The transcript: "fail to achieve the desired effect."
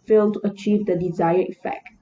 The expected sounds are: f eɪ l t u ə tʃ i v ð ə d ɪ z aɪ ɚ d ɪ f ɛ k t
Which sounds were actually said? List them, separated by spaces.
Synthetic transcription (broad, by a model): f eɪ l t u ə tʃ i v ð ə d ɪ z aɪ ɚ ɪ f ɛ k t